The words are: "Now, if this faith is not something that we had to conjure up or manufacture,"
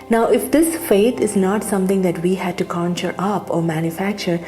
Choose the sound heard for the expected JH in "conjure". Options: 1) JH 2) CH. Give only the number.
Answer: 2